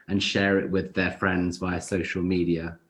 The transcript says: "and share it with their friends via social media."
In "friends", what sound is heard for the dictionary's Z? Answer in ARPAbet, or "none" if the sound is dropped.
Z